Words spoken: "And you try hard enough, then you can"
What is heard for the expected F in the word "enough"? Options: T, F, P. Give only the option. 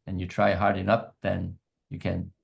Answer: P